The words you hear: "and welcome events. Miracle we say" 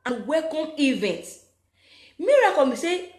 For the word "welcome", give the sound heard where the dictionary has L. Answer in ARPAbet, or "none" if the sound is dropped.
none